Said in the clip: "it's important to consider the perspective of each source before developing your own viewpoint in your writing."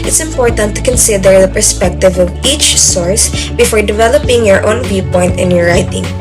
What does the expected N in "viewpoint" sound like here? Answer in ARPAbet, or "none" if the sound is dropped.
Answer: N